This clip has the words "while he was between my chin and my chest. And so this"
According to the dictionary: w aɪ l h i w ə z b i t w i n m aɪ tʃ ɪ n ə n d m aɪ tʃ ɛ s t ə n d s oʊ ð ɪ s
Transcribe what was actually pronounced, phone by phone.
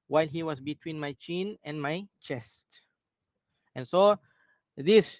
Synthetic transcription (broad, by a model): w aɪ l h i w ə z b i t w i n m aɪ tʃ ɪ n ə n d m aɪ tʃ ɛ s t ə n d s oʊ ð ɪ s